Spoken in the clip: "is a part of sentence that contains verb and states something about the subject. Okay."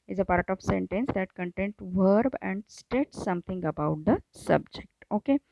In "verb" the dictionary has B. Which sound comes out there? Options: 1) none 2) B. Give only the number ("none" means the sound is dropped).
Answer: 2